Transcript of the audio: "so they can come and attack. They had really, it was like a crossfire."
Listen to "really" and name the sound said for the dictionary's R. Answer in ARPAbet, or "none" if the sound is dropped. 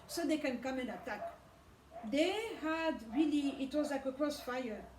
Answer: R